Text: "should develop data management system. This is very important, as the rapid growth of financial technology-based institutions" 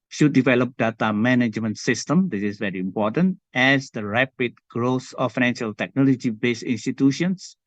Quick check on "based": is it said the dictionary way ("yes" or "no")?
no